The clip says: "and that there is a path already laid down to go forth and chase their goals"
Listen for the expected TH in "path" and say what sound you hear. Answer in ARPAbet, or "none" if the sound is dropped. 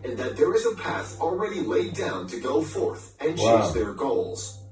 TH